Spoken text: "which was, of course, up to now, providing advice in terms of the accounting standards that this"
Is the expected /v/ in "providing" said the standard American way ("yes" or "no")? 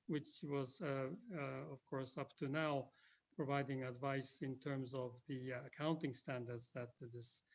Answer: yes